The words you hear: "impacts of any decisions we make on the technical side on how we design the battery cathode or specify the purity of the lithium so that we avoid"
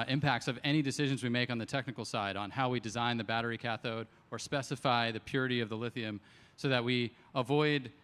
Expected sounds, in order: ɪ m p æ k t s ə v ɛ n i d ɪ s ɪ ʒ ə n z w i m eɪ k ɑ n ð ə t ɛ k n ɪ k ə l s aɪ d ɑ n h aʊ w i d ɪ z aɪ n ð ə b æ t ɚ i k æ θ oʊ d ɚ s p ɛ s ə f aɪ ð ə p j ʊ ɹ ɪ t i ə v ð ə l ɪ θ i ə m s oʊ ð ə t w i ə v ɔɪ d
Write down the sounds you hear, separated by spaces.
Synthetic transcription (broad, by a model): ɪ m p æ k t s ə v ɛ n i d ɪ s ɪ ʒ ə n z w i m eɪ k n ð ə t ɛ k n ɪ k l s aɪ d n h aʊ w i d ɪ z aɪ n ð ə b æ t ɚ i k æ θ oʊ d ɚ s p ɛ s ə f aɪ ð ə p j ʊ ɹ ɪ t i ə v ð ə l ɪ θ i ə m s oʊ ð ə t w i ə v ɔɪ d